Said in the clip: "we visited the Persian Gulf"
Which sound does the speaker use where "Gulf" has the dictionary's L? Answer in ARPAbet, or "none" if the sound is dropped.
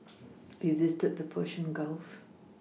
L